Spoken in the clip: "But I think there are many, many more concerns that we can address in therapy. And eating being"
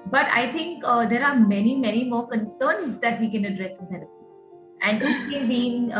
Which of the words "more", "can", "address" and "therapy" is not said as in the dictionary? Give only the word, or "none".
therapy